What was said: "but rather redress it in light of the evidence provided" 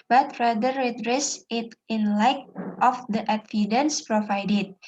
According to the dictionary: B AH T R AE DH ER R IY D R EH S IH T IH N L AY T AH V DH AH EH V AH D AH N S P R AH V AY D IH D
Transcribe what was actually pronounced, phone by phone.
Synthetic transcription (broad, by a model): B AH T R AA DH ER R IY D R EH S IH T IH N L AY T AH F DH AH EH F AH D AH N S P R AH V AY D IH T